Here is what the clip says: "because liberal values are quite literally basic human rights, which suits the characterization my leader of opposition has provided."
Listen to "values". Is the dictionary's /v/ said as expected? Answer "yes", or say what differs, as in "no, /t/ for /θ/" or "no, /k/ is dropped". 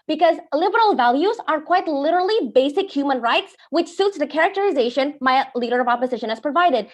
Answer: yes